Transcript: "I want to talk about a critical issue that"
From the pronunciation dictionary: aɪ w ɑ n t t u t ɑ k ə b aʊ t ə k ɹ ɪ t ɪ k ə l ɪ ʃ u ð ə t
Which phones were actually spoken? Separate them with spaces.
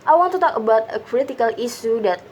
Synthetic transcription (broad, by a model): aɪ w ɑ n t t u t ɑ k ə b aʊ t ə k ɹ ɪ t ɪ k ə l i s u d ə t